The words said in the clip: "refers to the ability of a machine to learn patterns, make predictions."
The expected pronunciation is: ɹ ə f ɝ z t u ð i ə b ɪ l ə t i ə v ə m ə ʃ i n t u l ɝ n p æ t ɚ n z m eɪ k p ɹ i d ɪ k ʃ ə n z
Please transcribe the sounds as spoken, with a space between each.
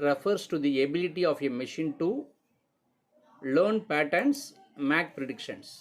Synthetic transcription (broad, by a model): ɹ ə f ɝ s t u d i ə b ɪ l ə t i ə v ə m ə ʃ i n t u l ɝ n p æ t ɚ n s m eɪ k p ɹ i d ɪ k ʃ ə n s